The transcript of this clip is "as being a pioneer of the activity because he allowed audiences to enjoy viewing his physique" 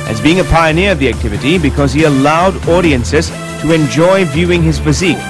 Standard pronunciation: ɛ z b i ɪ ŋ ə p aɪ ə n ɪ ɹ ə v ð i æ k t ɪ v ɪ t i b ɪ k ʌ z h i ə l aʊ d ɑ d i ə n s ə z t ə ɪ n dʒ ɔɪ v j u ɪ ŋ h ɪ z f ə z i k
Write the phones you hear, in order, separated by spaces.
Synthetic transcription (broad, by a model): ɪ z b i ɪ ŋ ə p aɪ ə n ɪ ɹ ə v ð i æ k t ɪ v ɪ t i b ɪ k ʌ z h i ə l aʊ d ɑ d i ə n s ə z t ə ɪ n dʒ ɔɪ v j u ɪ ŋ ɪ z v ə z i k